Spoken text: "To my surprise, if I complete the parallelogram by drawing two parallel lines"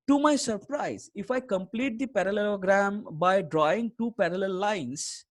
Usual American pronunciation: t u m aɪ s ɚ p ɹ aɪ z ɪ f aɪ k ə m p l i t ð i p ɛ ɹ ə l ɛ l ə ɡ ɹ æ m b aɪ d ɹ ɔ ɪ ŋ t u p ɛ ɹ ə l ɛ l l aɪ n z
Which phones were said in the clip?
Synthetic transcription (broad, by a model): t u m aɪ s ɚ p ɹ aɪ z ɪ f aɪ k ə m p l i t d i p ɛ ɹ ə l ɛ l ə ɡ ɹ æ m b aɪ d ɹ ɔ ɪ ŋ t u p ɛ ɹ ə l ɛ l l aɪ n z